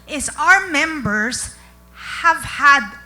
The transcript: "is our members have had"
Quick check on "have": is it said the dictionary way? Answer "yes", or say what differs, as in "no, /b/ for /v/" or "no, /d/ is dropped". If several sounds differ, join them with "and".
yes